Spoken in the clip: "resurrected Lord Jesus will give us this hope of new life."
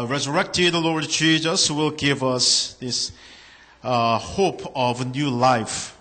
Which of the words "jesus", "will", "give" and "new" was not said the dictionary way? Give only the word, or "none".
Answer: jesus